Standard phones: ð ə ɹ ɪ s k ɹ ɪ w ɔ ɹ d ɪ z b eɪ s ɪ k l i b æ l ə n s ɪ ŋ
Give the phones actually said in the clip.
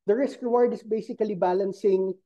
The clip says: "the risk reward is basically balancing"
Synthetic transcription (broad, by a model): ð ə ɹ ɪ s k ɹ ɪ w ɔ ɹ d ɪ s b eɪ s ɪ k l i b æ l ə n s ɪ ŋ